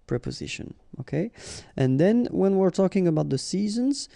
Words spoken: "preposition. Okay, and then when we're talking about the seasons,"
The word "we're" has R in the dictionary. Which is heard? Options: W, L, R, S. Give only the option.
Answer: R